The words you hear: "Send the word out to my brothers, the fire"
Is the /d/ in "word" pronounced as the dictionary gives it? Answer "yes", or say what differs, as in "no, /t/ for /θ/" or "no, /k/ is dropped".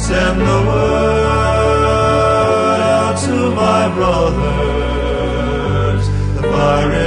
no, /d/ is dropped